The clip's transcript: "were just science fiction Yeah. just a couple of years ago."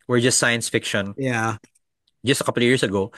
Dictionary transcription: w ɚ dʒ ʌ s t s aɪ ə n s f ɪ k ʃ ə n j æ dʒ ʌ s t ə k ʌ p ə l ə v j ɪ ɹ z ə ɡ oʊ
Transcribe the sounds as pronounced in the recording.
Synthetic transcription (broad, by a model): w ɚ dʒ ʌ s t s aɪ ə n s f ɪ k ʃ ə n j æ dʒ ʌ s t ə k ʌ p l ə v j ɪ ɹ s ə ɡ oʊ